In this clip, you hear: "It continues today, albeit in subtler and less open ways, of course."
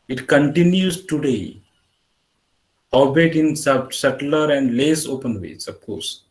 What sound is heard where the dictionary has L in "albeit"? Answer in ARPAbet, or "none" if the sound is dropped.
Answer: none